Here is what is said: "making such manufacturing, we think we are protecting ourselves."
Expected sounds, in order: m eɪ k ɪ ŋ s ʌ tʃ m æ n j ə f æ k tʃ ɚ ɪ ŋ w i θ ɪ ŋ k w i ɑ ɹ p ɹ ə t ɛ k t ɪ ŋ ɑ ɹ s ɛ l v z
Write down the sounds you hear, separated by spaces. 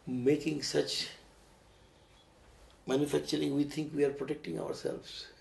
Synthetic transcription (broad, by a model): m eɪ k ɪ ŋ s ʌ tʃ m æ n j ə f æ k tʃ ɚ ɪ ŋ w i t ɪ ŋ k w i ɑ ɹ p ɹ ə t ɛ k t ɪ ŋ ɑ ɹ s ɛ l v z